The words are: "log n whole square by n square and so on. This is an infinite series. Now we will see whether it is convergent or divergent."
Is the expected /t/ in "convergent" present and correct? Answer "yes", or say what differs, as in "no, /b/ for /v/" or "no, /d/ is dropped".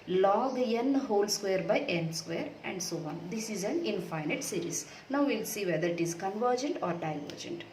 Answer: yes